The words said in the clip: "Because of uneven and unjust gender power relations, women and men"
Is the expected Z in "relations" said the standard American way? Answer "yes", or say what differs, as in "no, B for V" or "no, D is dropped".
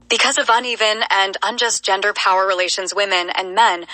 yes